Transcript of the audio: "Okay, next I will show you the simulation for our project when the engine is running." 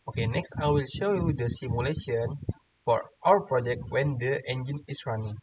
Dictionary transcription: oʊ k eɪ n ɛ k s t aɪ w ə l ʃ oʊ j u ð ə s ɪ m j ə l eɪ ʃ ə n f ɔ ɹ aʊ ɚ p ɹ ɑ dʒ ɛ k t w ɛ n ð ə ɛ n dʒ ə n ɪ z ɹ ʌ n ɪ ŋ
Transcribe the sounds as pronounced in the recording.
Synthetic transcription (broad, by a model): oʊ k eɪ n ɛ k s t aɪ w ə l ʃ oʊ j u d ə s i m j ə l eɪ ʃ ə n f ɔ ɹ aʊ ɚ p ɹ ɑ dʒ ɛ k t w ɛ n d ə ɛ n dʒ ə n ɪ s ɹ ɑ n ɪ ŋ